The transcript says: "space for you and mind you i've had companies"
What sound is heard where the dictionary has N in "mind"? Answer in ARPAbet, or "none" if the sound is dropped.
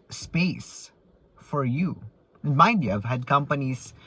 none